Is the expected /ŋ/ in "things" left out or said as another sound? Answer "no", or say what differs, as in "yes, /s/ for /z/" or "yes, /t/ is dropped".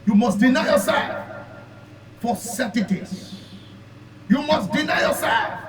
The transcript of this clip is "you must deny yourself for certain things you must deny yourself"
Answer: yes, /ŋ/ is dropped